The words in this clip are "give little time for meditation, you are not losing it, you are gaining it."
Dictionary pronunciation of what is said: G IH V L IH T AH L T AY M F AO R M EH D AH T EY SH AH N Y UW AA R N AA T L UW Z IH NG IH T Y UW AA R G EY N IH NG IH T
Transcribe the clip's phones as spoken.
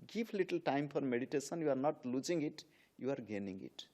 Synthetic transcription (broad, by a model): G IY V L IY T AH L T AY M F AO R M EH D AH T EY S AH N Y UW AA R N AA T L UW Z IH NG IH T Y UW AA R G EY N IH NG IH T